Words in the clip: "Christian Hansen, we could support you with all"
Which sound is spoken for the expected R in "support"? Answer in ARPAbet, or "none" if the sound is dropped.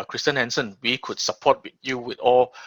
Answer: W